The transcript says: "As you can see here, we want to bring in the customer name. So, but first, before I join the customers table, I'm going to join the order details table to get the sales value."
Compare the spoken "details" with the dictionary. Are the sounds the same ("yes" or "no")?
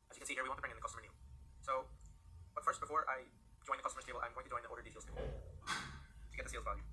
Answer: no